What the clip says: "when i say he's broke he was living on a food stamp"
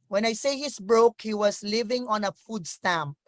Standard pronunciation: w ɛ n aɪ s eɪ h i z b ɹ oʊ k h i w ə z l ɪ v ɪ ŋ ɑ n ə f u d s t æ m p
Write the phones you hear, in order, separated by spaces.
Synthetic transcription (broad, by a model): w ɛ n aɪ s eɪ h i s b ɹ oʊ k h i w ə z l ɪ v ɪ ŋ ɑ n ə f u d s t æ m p